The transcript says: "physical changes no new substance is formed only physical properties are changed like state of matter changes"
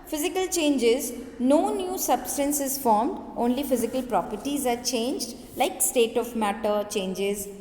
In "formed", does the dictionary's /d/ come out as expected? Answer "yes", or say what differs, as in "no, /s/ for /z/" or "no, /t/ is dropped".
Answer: yes